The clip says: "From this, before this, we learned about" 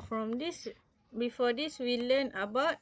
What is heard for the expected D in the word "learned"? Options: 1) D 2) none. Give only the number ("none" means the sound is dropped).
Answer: 2